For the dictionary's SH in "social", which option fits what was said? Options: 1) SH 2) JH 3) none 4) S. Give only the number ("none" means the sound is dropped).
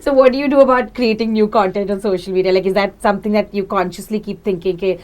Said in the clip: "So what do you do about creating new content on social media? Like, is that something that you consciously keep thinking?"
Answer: 1